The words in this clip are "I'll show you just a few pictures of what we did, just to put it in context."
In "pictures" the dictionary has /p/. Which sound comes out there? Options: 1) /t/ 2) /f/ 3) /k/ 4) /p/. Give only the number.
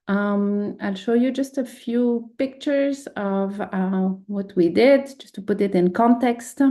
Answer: 4